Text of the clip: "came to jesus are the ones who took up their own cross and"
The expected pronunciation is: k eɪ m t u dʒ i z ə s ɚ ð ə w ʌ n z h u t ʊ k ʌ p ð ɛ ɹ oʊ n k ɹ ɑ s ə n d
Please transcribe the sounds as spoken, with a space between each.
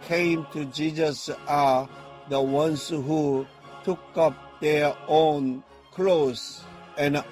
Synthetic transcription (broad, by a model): k eɪ m t u dʒ i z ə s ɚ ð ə w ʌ n s h u t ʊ k ʌ p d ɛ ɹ oʊ n k l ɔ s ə n